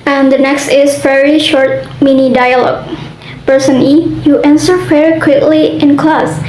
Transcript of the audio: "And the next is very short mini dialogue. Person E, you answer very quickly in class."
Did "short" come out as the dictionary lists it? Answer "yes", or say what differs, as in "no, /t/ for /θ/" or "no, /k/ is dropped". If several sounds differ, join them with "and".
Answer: yes